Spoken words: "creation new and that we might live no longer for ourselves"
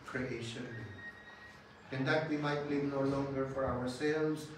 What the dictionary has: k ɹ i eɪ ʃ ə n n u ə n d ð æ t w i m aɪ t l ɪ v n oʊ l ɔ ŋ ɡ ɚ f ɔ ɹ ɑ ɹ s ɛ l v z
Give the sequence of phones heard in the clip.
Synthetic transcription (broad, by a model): k ɹ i eɪ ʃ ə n l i ə n d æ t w i m aɪ t l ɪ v n oʊ l ɔ ŋ ɡ ɚ f ɔ ɹ ɑ ɹ s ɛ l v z